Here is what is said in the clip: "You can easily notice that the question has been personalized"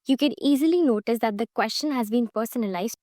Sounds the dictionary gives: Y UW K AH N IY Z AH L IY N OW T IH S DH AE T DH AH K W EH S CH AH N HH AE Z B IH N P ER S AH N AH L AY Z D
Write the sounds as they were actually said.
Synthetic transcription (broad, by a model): Y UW K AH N IY Z AH L IY N OW T IH S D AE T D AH K W EH S CH AH N HH AE Z B IH N P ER S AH N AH L AY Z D